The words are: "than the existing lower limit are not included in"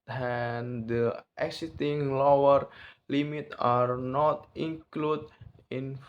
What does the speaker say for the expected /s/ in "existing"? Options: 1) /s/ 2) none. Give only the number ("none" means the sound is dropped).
2